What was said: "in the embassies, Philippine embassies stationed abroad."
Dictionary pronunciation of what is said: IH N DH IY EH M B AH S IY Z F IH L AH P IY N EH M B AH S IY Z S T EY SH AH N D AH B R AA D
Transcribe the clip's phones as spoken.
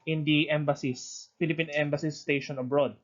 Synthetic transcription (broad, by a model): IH N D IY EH M B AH S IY S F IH L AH P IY N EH M B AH S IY S T EY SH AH N AH B R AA D